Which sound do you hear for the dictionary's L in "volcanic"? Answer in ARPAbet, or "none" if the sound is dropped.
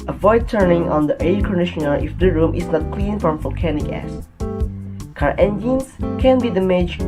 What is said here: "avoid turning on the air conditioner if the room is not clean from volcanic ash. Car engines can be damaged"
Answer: L